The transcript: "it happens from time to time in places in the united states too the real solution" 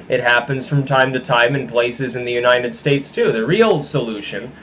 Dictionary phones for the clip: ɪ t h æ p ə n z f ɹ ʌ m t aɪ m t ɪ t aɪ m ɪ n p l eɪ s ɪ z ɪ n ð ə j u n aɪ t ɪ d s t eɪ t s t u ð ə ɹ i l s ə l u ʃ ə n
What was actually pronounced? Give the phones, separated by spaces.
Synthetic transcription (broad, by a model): ɪ t h æ p ə n z f ɹ ʌ m t aɪ m t ɪ t aɪ m ɪ n p l eɪ s ɪ z ɪ n ð ə j u n aɪ t ɪ d s t eɪ t s t u ð ə ɹ i l s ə l u ʃ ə n